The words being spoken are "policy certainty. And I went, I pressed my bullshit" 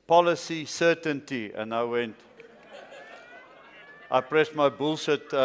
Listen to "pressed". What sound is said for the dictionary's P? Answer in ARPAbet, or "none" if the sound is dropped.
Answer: P